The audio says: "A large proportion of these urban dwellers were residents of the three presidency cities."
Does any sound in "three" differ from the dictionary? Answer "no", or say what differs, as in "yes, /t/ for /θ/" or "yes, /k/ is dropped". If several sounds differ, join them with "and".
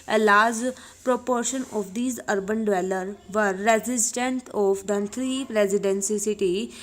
yes, /t/ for /θ/